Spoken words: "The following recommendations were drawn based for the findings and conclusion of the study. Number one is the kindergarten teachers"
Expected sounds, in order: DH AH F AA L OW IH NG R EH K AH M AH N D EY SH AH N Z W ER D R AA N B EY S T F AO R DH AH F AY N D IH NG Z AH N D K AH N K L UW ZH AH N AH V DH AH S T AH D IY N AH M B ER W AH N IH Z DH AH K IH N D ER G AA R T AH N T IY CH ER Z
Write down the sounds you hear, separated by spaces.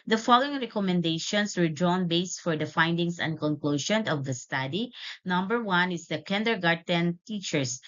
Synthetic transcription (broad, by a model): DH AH F AA L OW IH NG R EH K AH M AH N D EY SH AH N S W ER D R AA N B EY S T F AO R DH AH F AY N D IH NG S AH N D K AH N K L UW SH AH N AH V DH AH S T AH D IY N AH M B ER W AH N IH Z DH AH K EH N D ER G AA R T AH N T IY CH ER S